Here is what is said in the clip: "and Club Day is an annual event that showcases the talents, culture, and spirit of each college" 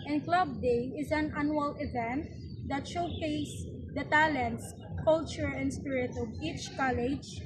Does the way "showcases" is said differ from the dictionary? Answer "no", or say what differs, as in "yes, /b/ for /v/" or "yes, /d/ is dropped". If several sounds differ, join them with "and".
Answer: yes, /s/ is dropped